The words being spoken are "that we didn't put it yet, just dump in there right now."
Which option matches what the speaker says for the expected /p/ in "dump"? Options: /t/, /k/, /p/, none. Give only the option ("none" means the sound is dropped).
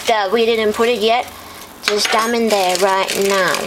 none